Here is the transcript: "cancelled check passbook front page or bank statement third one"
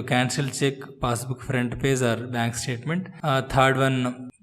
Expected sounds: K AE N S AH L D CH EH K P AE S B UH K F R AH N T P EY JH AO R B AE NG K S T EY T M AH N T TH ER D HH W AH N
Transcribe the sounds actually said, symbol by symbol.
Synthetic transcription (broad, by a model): K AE N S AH L CH EH K P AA S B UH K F R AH N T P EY Z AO R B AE NG K S T EY T M AH N T T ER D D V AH N